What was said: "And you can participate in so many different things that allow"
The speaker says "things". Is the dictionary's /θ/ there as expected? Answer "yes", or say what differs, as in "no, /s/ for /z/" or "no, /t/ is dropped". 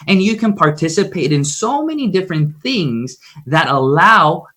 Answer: yes